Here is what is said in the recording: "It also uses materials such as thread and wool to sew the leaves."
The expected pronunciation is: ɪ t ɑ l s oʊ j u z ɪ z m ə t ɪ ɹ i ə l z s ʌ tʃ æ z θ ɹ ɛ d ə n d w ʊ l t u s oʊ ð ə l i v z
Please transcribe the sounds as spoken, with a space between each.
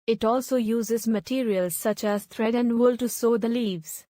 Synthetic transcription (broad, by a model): ɪ t ɑ l s oʊ j u z ɪ z m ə t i ɹ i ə l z s ʌ tʃ æ z t ɹ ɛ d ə n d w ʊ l t u s oʊ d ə l i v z